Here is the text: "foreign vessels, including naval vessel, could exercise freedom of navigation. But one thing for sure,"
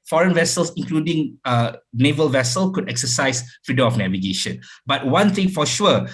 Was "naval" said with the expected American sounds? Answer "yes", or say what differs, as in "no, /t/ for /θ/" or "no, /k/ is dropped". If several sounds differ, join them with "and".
yes